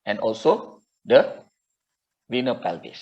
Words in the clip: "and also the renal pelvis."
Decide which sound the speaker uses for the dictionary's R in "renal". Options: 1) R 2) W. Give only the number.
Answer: 2